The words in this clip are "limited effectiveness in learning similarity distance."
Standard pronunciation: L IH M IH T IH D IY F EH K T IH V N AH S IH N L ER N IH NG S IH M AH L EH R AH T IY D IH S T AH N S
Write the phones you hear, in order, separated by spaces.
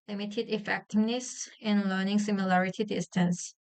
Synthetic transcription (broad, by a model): L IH M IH T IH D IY F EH K T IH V N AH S IH N L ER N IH NG S IH M AH L EH R AH T IY D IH S T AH N S